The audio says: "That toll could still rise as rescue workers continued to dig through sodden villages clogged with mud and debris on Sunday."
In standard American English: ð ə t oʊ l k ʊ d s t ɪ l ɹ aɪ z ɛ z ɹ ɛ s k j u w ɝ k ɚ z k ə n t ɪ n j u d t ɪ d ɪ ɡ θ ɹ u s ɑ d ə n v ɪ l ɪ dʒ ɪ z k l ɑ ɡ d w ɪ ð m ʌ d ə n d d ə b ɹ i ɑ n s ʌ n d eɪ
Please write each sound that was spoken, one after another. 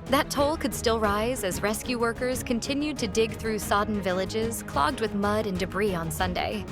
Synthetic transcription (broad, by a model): ð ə t oʊ l k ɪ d s t ɪ l ɹ aɪ z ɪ z ɹ ɛ s k j u w ɝ k ɚ z k ə n t ɪ n j u d t ɪ d ɪ ɡ θ ɹ u s ɑ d n v ɪ l ɪ dʒ ɪ z k l ɑ ɡ d w ɪ ð m ʌ d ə n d d ə b ɹ i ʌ n s ʌ n d eɪ